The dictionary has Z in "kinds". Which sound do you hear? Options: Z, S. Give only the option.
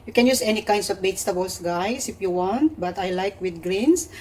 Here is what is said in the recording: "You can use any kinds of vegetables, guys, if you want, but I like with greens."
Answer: S